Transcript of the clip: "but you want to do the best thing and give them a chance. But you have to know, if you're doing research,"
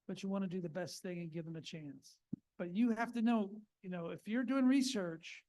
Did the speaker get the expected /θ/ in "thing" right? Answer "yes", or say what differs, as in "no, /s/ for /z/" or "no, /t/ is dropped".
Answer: yes